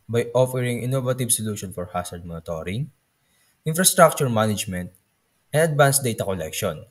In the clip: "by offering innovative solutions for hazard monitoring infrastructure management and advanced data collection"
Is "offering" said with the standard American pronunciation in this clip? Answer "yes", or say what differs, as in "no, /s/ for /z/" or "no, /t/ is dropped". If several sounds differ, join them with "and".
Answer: yes